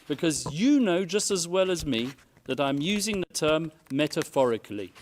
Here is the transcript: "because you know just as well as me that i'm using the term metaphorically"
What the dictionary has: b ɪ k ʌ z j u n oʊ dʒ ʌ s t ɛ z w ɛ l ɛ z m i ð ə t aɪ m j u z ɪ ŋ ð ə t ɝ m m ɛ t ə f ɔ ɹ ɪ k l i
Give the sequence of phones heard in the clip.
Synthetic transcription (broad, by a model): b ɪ k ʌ z j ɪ n oʊ dʒ ʌ s t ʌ z w ɛ l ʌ z m i ð ə t aɪ m j u z ɪ ŋ ð ə t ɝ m m ɛ t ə f ɔ ɹ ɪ k l i